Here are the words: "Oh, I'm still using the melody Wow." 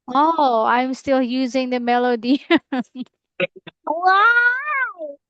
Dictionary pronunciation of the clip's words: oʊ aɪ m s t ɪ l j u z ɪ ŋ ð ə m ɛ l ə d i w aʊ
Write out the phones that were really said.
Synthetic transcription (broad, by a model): oʊ aɪ m s t ɪ l j u z ɪ ŋ ð ə m ɛ l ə d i w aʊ